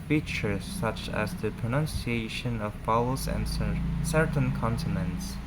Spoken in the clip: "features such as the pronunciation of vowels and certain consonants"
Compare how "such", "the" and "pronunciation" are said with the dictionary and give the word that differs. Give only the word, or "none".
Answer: none